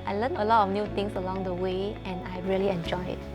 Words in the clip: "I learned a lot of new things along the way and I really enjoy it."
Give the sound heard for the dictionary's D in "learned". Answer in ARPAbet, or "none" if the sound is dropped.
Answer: none